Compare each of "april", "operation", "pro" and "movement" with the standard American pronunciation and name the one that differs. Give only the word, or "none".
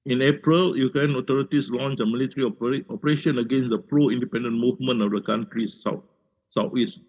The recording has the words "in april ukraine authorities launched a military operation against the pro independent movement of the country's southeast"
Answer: movement